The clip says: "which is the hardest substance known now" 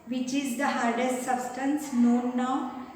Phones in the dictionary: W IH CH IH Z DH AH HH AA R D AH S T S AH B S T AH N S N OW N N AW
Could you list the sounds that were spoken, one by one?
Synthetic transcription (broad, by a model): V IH CH IH Z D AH HH AA R D AH S T S AH B S T AH N S N OW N N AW